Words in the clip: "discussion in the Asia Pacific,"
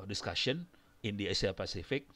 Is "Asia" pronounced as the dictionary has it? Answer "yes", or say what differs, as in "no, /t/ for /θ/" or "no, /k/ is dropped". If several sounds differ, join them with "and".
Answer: no, /s/ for /ʒ/